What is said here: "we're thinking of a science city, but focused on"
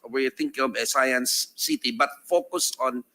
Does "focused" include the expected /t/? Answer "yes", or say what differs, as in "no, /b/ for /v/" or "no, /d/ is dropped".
no, /t/ is dropped